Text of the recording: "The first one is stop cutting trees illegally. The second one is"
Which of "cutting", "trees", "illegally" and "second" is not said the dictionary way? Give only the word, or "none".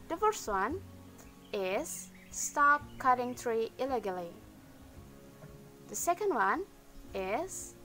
trees